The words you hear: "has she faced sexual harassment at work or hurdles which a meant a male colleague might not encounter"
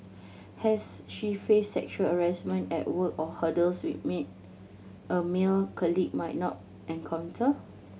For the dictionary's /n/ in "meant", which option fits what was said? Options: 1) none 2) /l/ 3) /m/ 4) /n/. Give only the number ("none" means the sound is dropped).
1